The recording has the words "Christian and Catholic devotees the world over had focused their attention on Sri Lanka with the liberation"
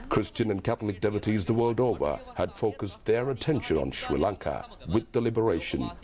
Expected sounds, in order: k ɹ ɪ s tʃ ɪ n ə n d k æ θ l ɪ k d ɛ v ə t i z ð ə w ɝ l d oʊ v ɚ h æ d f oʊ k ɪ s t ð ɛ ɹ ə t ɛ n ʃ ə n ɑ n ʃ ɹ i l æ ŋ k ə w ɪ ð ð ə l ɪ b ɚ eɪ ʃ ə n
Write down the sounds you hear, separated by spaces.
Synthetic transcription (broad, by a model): k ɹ ɪ s tʃ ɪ n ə n k æ θ l ɪ k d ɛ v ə t i z ð ə w ɝ l d oʊ v ɚ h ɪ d f oʊ k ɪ s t ð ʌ ɹ ə t ɛ n ʃ ə n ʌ n ʃ ɹ i l æ ŋ k ə w ɪ ð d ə l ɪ b ɚ eɪ ʃ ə n